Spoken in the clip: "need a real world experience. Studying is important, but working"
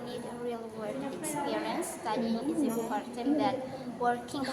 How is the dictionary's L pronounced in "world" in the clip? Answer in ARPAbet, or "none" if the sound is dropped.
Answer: none